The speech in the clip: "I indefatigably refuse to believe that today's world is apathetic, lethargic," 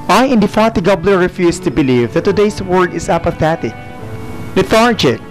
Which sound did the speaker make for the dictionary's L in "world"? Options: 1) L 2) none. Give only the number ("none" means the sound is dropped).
2